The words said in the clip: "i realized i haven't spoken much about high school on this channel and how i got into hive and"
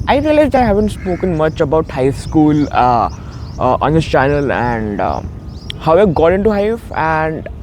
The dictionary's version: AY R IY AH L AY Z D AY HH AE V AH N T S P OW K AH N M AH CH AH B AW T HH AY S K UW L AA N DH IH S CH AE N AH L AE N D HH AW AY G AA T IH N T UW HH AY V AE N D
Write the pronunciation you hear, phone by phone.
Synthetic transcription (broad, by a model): AY R IY AH L AY Z D AY HH AE V AH N T S P OW K AH N M AH CH AH B AW T HH AY S K UW L AA N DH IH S CH AE N AH L AE N D HH AW AY G AA T IH N T UW HH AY F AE N D